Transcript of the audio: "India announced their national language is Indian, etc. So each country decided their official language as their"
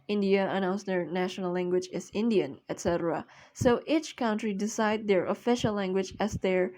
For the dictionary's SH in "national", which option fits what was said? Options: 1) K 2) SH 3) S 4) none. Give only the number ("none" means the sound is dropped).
2